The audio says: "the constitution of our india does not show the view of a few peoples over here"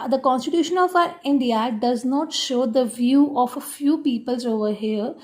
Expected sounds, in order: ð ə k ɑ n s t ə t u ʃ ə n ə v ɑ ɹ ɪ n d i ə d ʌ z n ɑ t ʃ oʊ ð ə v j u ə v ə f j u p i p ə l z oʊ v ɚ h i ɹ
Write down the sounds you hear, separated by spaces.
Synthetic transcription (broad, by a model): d ə k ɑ n s t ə t u ʃ ə n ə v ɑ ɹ ɪ n d i ə d ʌ z n ɑ t ʃ oʊ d ə v j u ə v ə f j u p i p ə l z oʊ v ɚ h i ɹ